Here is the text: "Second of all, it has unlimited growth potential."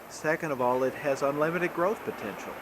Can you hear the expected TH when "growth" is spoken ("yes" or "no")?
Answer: yes